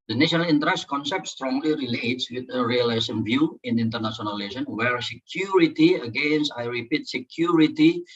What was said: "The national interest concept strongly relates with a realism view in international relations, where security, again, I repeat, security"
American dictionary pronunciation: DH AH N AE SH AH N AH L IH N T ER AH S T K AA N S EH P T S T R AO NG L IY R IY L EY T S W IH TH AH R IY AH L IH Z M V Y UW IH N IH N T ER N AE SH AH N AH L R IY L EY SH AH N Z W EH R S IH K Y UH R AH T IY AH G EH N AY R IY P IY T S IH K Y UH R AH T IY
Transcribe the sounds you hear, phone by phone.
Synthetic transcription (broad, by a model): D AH N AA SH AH N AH L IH N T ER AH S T K AA N S EH P T S T R AO NG L IY R IY L EY T S W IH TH AH R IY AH L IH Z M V Y UW IH N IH N T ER N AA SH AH AH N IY L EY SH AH N W EH R S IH K Y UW R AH T IY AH G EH N AY R IY P IY T S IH K Y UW R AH T IY